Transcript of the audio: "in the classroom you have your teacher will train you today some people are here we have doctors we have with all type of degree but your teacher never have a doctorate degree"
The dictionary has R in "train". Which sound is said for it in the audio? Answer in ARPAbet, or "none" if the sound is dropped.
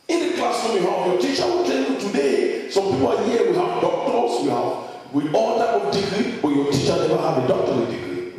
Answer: none